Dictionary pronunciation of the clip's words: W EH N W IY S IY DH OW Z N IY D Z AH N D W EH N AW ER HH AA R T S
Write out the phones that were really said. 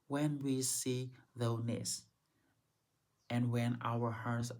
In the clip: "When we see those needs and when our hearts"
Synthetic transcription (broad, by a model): W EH N W IY S IY DH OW N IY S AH N W EH N AW ER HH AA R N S